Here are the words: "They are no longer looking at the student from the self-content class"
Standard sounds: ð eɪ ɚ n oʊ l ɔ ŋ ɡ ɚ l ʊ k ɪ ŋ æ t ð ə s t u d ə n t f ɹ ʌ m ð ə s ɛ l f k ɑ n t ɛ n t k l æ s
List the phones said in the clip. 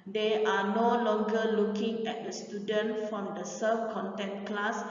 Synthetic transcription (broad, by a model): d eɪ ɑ n oʊ l ɔ ŋ ɡ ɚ l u k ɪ ŋ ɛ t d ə s t u d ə n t f ɹ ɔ m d ə s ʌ f k ɑ n t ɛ n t k l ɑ s